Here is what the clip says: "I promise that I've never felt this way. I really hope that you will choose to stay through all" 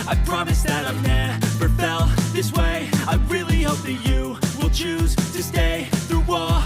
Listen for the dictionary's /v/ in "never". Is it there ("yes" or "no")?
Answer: no